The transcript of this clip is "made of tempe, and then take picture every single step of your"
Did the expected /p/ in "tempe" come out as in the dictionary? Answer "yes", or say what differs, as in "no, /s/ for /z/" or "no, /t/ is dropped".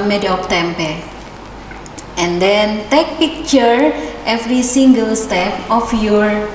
yes